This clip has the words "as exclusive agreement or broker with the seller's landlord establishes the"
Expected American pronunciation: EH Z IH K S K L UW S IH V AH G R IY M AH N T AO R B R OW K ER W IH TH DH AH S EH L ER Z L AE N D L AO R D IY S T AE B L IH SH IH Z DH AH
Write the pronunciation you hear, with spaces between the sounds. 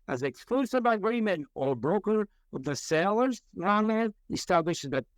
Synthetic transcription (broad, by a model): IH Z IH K S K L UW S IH B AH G R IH M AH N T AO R B R OW K ER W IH DH AH S EH L ER Z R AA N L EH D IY S T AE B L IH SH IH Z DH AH